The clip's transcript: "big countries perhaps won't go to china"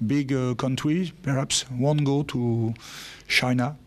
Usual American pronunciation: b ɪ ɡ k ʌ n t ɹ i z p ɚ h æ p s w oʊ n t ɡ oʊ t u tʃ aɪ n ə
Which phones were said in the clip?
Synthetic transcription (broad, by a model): b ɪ ɡ k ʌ n t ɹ i p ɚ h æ p s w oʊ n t ɡ oʊ t u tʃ aɪ n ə